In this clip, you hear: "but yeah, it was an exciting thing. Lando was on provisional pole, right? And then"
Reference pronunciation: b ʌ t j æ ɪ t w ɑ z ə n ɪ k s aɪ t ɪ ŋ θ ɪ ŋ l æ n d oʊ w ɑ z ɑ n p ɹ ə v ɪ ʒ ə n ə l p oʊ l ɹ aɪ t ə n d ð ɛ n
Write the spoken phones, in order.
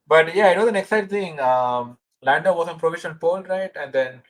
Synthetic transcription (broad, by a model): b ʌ t j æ ɪ t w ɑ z ə n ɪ k s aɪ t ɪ ŋ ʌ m l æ n d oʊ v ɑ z ɑ n p ɹ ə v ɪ ʃ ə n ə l p oʊ l ɹ aɪ t ə n d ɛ n